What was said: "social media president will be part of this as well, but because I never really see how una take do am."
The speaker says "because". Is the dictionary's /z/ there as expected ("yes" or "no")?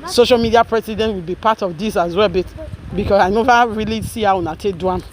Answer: no